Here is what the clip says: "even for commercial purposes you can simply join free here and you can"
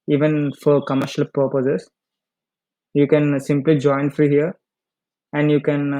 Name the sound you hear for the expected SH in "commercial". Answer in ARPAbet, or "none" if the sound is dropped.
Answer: SH